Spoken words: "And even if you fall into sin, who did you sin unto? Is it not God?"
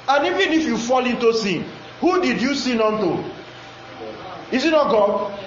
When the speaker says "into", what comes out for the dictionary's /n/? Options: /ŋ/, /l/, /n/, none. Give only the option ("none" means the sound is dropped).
/n/